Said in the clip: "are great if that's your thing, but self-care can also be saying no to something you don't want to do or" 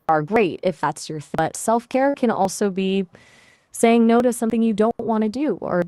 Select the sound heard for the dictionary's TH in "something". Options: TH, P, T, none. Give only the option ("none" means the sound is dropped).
TH